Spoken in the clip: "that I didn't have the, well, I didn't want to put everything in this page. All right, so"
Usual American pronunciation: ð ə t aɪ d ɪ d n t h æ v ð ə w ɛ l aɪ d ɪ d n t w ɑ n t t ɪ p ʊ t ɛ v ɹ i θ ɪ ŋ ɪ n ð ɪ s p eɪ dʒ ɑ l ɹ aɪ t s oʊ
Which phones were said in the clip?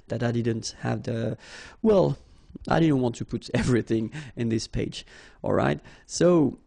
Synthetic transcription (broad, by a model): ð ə t aɪ d ɪ d n t h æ v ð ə w ɛ l aɪ d ɪ d n t w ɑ n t t ɪ p ʊ t ɛ v ɹ i θ ɪ ŋ ɪ n ð ɪ s p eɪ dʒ ɑ l ɹ aɪ t s oʊ